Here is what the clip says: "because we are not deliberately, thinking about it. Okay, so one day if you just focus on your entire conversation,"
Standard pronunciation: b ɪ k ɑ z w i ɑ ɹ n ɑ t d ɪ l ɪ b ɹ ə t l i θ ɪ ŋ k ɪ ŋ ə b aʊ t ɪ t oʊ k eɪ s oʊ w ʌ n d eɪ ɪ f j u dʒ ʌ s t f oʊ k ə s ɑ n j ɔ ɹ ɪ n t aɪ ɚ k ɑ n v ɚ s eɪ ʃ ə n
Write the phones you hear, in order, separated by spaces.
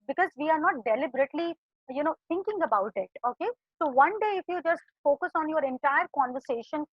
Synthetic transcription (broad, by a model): b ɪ k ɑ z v i ɑ ɹ n ɑ t d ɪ l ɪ b ɹ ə t l i t ɪ ŋ k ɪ ŋ ə b aʊ t ɪ t oʊ k eɪ s oʊ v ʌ n d eɪ ɪ f j u dʒ ʌ s t f oʊ k ə s ɑ n j ɔ ɹ ɪ n t aɪ ɚ k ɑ n v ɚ s eɪ ʃ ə n